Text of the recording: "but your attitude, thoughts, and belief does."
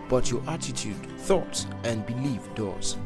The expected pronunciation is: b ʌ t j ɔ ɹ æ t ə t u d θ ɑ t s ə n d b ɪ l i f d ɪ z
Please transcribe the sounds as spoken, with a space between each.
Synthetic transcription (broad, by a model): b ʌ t j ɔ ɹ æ t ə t u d θ ɑ t s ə n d b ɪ l i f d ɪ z